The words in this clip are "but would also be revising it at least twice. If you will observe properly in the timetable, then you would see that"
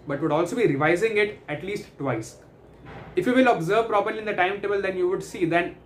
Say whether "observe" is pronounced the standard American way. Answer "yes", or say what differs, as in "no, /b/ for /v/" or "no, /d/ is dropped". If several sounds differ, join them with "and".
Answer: yes